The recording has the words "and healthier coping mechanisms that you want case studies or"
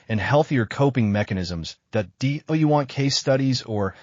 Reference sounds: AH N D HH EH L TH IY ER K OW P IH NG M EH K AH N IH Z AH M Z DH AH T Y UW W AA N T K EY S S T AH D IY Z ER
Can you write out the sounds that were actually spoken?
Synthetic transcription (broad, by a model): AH N HH EH L TH IY ER K OW P IH NG M EH K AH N IH Z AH M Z DH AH T Y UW W AA N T K EY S S T AH D IY Z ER